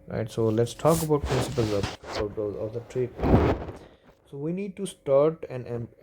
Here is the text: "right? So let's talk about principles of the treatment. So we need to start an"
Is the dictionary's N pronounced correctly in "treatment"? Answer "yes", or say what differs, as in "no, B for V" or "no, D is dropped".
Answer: no, N is dropped